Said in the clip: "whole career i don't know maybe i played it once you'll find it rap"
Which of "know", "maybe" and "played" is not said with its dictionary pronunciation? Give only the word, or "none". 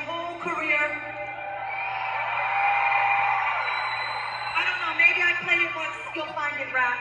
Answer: played